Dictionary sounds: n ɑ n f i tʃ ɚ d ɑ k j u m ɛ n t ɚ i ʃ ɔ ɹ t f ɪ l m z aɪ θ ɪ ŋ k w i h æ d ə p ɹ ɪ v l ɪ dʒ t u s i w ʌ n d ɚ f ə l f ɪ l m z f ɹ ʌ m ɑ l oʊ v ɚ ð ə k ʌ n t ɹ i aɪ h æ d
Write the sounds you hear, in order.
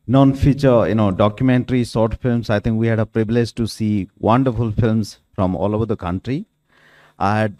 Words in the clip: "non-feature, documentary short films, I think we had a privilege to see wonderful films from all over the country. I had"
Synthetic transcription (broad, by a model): n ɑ n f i tʃ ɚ d ɑ k j u m ɛ n t ɚ i s ɔ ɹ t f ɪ l m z aɪ t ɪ ŋ k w i h æ d ə p ɹ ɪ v l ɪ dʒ t u s i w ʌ n d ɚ f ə l f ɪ l m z f ɹ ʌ m ɑ l oʊ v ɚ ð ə k ʌ n t ɹ i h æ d